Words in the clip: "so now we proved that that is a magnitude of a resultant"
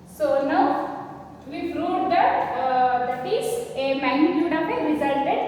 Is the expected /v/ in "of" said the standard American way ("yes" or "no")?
no